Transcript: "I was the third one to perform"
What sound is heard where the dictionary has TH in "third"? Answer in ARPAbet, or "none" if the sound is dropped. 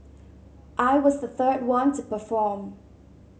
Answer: TH